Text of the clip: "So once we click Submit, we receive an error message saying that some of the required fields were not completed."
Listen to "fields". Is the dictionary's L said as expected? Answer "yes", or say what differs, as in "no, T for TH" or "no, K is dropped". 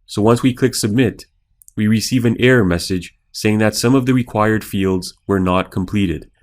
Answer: yes